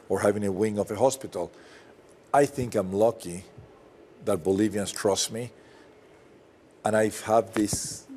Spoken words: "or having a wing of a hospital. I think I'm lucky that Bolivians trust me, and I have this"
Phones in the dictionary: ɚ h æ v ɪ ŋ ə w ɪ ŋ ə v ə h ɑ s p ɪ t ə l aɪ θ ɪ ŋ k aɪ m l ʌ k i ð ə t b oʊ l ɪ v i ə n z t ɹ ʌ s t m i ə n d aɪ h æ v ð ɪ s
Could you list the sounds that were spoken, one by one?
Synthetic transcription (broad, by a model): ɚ h æ v ɪ ŋ ə w ɪ ŋ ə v ə h ɑ s p ɪ t ə l aɪ θ ɪ ŋ k aɪ m l ʌ k i ð ə t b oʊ l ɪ v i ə n s t ɹ ʌ s t m i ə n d aɪ h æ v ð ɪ s